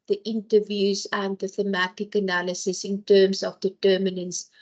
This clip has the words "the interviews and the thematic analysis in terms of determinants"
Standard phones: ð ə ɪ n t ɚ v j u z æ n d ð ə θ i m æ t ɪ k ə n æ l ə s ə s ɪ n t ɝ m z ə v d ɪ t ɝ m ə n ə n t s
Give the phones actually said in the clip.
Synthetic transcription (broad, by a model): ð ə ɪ n t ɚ v j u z æ n d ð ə θ i m æ t ɪ k ə n æ l ə s ə s ɪ n t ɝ m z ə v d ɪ t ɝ m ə n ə n s